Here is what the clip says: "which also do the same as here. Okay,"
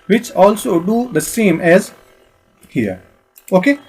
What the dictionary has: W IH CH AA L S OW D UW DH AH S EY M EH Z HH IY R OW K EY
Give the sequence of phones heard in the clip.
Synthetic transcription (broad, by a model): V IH CH AA L S OW D UW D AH S EY M EH Z HH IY R OW K EY